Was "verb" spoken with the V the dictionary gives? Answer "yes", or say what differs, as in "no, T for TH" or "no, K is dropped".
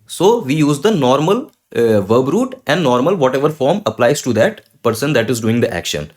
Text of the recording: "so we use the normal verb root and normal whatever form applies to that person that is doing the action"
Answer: yes